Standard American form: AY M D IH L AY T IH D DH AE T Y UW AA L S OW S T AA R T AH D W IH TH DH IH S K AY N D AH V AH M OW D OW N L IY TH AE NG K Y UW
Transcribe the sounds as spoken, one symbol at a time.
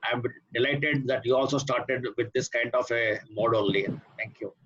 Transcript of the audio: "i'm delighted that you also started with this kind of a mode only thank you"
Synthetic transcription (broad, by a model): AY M D IH L AY T IH D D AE T Y UW AA L S OW S T AA R T AH D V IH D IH S K AY N D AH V AH M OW D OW L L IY T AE NG K Y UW